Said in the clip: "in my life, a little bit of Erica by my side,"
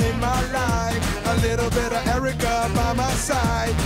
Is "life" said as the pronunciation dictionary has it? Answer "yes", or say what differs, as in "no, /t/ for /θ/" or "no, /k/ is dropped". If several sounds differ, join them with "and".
no, /f/ is dropped